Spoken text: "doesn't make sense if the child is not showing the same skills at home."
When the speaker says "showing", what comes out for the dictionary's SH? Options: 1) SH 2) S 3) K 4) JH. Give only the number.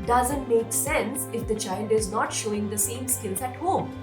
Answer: 1